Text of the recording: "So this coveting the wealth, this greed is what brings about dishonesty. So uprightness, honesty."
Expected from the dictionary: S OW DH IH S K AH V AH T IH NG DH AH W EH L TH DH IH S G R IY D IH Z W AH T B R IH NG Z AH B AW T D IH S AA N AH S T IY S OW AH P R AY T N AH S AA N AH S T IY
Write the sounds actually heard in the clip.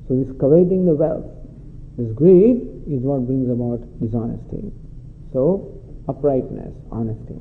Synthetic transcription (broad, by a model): S OW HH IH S K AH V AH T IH NG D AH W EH L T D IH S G R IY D IH Z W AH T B IH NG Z AH B AW T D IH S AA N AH S T IY S OW AH P R AY T N AH S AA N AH S T IY